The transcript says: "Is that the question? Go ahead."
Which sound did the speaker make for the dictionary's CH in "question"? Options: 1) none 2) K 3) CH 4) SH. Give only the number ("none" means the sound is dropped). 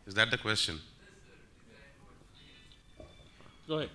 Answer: 3